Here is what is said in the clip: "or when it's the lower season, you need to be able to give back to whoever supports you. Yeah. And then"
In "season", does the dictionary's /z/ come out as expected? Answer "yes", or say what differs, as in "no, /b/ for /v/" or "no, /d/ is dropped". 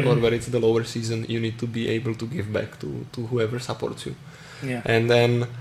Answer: yes